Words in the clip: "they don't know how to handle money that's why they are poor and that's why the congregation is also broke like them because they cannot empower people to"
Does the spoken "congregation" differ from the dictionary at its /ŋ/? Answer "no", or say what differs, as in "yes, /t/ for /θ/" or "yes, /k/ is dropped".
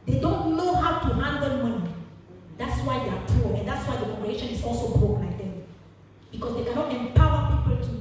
yes, /ŋ/ is dropped